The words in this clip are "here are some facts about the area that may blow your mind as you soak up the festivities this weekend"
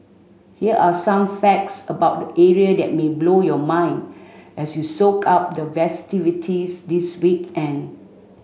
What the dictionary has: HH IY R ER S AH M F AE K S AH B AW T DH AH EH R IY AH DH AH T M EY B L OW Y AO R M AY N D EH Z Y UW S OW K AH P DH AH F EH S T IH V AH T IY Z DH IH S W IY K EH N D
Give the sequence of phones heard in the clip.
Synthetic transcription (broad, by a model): HH IY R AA S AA M F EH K S AH B AW T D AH EH R IY AH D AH T M EY B L OW Y AO M AY N D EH S Y UW S OW K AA P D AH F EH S T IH V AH T IY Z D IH S W IY K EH N